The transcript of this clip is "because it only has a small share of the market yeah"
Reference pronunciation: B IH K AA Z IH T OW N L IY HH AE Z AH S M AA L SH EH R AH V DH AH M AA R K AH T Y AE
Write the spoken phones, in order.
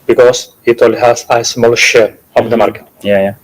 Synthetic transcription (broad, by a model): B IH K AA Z IH T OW L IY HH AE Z AH S M AA L SH EH R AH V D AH M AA R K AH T Y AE